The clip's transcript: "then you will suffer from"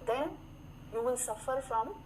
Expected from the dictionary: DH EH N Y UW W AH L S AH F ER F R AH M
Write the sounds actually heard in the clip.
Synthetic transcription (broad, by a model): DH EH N Y UW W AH N S AH F ER F R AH M